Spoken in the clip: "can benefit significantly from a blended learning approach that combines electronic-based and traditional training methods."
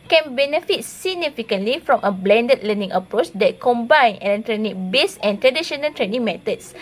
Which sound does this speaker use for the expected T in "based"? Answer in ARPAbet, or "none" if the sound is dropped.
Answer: none